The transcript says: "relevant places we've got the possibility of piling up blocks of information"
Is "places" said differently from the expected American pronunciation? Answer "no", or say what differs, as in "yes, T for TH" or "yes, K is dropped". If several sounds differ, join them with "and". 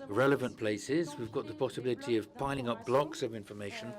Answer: no